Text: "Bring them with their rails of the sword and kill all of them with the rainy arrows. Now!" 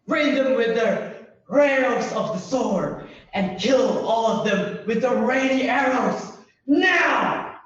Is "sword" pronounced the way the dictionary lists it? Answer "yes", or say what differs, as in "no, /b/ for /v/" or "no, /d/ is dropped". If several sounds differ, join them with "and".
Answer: no, /d/ is dropped